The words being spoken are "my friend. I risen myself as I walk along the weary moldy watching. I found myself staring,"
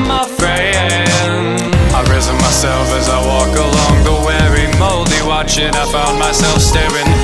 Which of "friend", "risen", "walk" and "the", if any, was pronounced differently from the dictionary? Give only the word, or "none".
friend